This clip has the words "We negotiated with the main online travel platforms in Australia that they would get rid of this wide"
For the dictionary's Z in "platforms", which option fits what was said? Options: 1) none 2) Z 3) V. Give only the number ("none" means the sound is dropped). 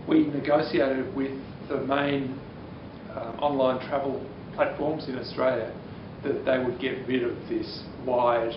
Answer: 2